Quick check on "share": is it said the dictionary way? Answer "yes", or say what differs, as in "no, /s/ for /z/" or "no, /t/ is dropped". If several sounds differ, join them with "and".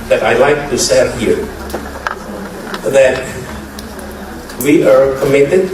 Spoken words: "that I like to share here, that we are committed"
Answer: no, /s/ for /ʃ/